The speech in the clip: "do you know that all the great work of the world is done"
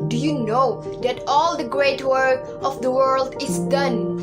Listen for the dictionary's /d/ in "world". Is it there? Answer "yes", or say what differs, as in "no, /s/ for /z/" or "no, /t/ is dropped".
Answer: yes